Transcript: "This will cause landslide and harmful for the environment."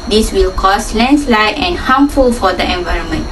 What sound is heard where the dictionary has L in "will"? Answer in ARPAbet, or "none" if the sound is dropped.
L